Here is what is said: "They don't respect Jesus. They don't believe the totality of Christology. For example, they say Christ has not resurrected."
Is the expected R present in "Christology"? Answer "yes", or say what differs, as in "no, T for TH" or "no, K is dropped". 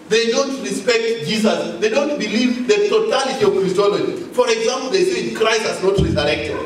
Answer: yes